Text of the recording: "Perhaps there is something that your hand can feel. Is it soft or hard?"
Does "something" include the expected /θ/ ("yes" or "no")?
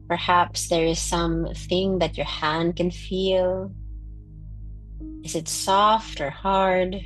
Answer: yes